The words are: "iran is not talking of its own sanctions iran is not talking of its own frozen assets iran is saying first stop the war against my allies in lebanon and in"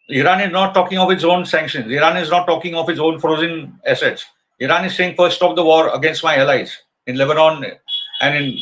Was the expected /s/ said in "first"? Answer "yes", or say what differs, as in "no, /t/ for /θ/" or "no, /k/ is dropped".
no, /s/ is dropped